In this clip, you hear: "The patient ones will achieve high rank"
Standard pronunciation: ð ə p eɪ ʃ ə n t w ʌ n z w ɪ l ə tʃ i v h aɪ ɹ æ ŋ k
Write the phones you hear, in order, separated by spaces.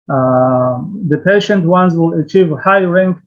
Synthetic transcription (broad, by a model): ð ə p eɪ ʃ ə n t w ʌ n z w ɪ l ə tʃ i v h aɪ ɹ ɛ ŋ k